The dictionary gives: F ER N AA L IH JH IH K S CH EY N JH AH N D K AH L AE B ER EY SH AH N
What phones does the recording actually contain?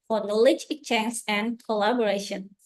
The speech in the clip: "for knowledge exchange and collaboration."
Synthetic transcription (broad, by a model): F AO N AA L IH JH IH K CH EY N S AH N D K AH L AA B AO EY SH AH N